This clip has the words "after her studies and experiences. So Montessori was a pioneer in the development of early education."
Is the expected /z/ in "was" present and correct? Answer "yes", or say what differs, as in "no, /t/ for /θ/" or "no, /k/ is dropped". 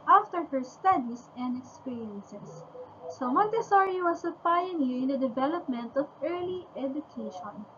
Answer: no, /s/ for /z/